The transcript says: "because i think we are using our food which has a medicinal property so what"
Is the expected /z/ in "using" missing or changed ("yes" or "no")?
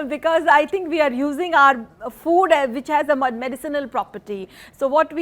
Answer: no